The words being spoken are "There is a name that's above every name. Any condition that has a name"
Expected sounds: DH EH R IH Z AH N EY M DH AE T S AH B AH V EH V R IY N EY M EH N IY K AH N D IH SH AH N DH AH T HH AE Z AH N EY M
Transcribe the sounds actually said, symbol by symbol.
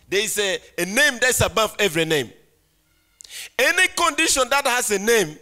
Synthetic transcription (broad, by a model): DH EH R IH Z AH N EY M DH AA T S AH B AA F EH V R IY N EY M EH N IY K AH N D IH SH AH N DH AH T HH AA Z AH N EY M